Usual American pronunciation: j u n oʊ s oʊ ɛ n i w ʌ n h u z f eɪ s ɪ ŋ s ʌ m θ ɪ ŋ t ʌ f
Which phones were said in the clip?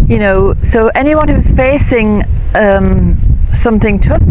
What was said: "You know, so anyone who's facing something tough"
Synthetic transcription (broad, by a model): j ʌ n oʊ s oʊ ɛ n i w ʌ n h u z f eɪ s ɪ ŋ s ʌ m θ ɪ ŋ t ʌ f